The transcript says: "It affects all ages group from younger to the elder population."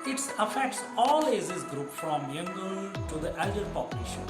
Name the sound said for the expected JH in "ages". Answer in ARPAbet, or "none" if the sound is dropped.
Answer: Z